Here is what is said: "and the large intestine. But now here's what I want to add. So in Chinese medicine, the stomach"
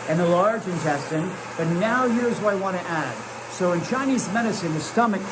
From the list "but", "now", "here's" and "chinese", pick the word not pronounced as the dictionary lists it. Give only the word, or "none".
none